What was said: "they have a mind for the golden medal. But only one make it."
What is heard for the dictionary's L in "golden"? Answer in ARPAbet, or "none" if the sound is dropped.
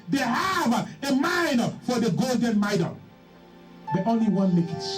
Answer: L